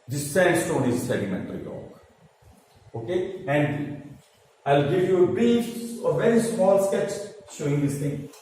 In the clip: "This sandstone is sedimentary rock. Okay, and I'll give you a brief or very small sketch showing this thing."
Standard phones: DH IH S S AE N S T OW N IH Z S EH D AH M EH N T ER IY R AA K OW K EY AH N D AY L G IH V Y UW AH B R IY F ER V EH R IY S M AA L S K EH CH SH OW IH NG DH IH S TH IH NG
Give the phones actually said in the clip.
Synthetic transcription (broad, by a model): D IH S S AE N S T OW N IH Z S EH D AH M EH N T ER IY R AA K OW K EY AH N D AY L G IH V Y UW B IY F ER V EH R IY S M AA L S K EH CH SH OW IH NG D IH S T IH NG